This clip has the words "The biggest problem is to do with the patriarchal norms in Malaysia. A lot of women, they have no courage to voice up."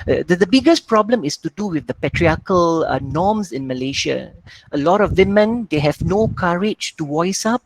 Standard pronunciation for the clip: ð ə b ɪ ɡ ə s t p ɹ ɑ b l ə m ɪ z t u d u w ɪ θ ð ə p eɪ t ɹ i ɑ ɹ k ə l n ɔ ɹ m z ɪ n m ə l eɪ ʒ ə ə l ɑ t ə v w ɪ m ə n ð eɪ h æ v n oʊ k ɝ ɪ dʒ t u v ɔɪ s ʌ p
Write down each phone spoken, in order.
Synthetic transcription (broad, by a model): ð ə b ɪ ɡ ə s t p ɹ ɑ b l ə m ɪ s t u d u w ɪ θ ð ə p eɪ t ɹ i ɑ k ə l n ɔ m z ɪ n m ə l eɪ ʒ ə ə l ɑ t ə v w ɪ m ə n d eɪ h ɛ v n oʊ k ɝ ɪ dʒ t u w ɔɪ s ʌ p